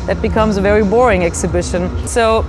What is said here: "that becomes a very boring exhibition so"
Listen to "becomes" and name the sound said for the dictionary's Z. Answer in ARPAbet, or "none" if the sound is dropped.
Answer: Z